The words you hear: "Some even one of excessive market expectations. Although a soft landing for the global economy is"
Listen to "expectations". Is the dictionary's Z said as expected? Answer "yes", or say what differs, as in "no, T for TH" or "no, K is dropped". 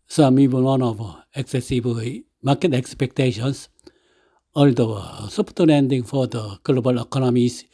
no, S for Z